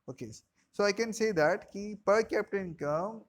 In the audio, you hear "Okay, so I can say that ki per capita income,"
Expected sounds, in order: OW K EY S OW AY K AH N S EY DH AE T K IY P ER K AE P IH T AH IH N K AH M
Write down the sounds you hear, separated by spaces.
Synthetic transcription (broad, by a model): OW K EY S OW AY K AH N S EY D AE T K IY P ER K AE P T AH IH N K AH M